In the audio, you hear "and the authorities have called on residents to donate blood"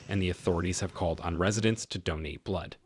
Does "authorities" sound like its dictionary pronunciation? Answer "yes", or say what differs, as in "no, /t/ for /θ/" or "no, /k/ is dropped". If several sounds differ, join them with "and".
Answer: yes